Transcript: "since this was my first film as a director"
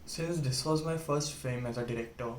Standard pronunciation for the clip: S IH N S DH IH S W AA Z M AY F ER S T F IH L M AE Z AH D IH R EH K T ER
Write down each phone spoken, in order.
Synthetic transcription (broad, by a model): S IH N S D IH S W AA Z M AY F ER S T F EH M AE Z AH D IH R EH K T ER